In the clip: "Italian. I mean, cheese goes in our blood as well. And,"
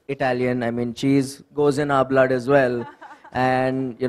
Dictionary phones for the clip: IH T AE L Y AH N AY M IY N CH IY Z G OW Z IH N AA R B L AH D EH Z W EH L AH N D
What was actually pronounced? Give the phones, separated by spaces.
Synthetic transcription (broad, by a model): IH T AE L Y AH N AY M IY N CH IY Z G OW Z IH N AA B L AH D EH Z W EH L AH N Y